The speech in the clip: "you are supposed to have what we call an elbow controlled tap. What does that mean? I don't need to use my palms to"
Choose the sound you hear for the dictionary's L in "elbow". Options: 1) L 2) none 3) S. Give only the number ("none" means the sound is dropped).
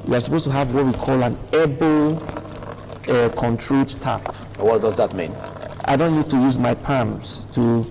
2